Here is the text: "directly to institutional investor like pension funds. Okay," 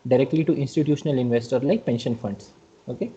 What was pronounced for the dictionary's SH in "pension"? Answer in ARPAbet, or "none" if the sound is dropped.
SH